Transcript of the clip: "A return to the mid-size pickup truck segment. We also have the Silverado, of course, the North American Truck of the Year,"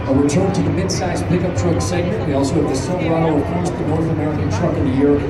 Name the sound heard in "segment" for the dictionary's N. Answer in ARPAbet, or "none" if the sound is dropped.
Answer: none